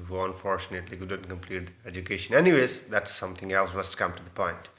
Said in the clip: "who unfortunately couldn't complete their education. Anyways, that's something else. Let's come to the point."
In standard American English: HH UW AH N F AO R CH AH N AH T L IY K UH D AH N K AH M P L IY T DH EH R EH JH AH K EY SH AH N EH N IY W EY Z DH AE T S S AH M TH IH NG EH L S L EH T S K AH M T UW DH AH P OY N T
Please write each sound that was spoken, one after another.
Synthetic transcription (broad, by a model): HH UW AH N F AO R CH AH N AH T L IY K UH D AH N K AH M P L IY T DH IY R EH JH AH K EY SH AH N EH N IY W EY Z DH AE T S S AH M T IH NG EH L S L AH S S K AH M T UW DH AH P OY N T